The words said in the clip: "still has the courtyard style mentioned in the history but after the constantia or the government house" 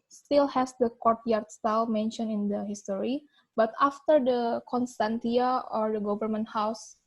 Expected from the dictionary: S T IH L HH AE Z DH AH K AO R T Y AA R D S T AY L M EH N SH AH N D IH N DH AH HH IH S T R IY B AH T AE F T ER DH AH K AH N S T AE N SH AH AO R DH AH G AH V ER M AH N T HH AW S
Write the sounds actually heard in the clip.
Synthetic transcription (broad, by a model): S T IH L HH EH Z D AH K AO R T Y AA R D S T AY L M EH N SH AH N IH N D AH HH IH S T R IY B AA T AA F T ER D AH K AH N S T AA N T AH AO R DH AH G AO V ER M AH N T HH AW S